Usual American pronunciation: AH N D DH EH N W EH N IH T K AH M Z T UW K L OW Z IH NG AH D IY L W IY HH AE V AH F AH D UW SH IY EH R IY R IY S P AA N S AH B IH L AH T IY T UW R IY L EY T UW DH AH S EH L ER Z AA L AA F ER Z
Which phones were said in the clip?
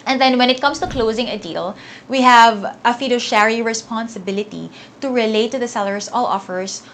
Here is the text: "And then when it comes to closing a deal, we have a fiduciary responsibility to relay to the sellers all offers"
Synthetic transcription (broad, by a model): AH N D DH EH N W EH N IH T K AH M S T UW K L OW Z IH NG AH D IY L W IY HH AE V AH F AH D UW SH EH R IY R IY S P AA N S AH B IH L AH T IY T UW R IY L EY T UW DH AH S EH L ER S AA L AA F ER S